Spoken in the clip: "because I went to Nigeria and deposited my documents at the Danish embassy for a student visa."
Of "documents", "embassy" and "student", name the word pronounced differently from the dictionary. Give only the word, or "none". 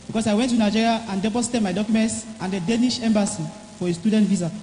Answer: none